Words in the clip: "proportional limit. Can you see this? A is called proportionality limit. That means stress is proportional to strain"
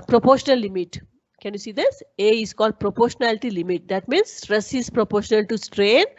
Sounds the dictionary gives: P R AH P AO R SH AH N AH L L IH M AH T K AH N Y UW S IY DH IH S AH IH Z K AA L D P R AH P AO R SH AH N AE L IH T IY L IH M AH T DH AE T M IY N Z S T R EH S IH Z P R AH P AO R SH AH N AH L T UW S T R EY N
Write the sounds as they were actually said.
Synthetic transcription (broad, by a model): P R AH P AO R SH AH N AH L L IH M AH T K AH N Y UW S IY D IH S AH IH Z K AA L D P R AH P AO R SH AH N AE L IH T IY L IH M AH T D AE T M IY N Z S T R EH S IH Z P R AH P AO R SH AH N AH L T UW S T R EY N